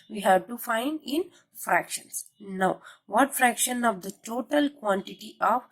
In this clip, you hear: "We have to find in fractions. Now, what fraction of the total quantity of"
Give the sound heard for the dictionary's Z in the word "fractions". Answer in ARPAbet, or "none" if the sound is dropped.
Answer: S